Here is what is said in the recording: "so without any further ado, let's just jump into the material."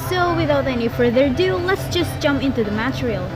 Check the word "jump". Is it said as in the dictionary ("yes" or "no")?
yes